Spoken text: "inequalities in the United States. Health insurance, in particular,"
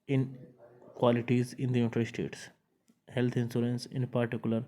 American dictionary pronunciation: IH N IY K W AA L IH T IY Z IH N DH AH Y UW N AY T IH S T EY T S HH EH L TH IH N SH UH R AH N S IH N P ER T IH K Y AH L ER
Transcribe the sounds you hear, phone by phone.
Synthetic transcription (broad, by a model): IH N K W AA L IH T IY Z IH N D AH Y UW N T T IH S T EY T S HH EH L T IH N S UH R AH N S IH N P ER T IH K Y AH L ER